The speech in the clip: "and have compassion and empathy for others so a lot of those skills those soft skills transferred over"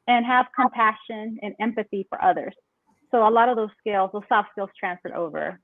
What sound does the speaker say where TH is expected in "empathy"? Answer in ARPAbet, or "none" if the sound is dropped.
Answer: TH